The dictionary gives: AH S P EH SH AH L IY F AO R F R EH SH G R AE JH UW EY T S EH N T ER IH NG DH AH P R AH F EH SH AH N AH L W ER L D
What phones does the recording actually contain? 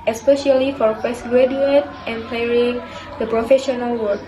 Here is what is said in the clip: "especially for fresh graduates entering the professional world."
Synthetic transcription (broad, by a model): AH S P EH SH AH L IY F AO R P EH S G R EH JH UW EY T EH N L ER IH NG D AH P R AH F EH SH AH N AH L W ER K